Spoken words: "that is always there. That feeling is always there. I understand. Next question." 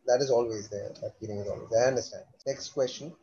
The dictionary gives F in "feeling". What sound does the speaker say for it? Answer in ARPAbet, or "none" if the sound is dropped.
P